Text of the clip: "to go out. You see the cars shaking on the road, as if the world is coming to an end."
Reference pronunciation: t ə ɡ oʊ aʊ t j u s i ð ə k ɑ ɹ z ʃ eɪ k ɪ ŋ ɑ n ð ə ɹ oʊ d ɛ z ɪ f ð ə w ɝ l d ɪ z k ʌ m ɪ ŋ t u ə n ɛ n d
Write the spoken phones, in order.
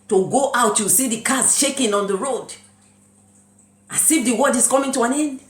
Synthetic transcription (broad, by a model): t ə ɡ oʊ aʊ t j u s i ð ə k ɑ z ʃ eɪ k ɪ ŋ ɑ n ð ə ɹ oʊ d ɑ s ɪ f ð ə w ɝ d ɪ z k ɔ m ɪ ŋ t u ə n ɛ n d